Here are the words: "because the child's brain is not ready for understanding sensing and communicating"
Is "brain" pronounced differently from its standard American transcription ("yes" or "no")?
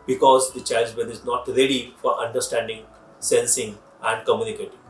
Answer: yes